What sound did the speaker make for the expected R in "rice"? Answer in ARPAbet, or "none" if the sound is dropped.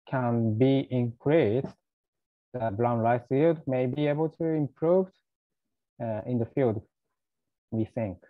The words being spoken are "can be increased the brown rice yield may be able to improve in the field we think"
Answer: L